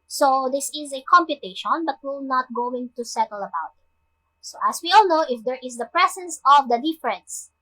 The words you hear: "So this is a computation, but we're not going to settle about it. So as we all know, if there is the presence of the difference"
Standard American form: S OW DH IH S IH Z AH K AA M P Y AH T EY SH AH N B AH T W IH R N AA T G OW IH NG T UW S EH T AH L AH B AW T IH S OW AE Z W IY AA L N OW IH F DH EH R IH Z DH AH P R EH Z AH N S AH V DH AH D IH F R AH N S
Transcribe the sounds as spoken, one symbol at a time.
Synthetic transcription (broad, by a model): S OW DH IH S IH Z AH K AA M P Y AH T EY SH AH N B AH T W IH L N AA T G OW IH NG T UW S EH T AH L AH B AW T IH S OW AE S W IY AA L N OW IH F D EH R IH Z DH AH P R EH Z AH N S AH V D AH D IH F R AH N S